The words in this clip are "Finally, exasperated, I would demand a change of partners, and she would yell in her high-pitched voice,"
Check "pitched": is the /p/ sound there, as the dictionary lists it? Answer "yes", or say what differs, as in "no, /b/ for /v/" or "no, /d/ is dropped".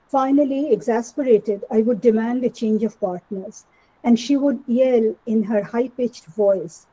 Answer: yes